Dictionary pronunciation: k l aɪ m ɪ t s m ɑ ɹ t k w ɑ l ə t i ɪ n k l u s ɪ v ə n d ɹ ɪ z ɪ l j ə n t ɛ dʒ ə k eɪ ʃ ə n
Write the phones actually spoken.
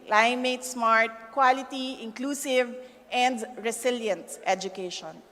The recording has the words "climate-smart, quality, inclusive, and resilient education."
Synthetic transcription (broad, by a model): l aɪ m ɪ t s m ɑ ɹ t k w ɑ l ə t i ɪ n k l u s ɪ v ə n d ɹ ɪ s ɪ l j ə n t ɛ dʒ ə k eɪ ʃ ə n